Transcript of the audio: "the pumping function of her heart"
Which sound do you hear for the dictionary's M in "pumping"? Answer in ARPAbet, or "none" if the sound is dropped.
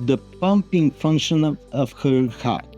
M